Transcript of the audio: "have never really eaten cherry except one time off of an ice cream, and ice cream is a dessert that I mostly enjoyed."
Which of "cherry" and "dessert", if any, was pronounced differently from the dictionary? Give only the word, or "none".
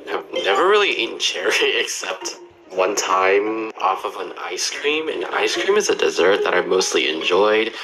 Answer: none